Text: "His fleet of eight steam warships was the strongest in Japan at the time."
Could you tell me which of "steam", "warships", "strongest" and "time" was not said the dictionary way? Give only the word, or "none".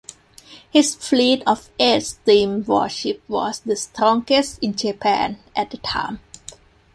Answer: warships